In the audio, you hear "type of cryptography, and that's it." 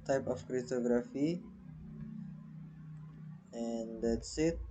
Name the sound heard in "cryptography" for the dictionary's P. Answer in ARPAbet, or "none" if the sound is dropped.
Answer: none